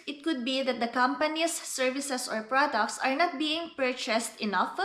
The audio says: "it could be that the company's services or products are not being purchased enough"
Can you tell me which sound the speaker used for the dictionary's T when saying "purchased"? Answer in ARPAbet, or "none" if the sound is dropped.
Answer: T